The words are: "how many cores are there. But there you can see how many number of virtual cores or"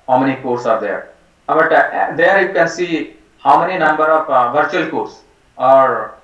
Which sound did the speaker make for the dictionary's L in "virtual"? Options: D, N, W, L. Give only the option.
L